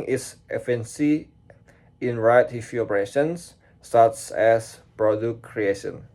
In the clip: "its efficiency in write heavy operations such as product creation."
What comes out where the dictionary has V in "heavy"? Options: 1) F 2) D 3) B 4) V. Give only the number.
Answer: 1